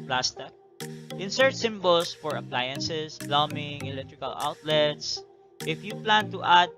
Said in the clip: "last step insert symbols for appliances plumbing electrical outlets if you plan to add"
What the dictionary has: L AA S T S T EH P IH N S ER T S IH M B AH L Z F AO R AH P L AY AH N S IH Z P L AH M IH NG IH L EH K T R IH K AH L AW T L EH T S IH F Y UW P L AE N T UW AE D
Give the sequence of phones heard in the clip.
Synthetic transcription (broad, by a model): L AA S T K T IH N S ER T S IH M B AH L S F AO R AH P L AY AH N S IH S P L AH M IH NG IH L EH K T R IH K AH L AW T L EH T S IH F Y UW P L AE N T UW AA D